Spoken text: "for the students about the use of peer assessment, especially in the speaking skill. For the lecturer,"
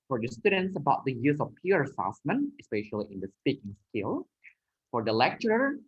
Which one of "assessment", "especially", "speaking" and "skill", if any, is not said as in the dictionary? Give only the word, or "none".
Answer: assessment